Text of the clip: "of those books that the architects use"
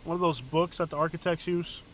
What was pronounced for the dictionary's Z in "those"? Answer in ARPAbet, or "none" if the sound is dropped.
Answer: Z